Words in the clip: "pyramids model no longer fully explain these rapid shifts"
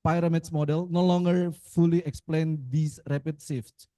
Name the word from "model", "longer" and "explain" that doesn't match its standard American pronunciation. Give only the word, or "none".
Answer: none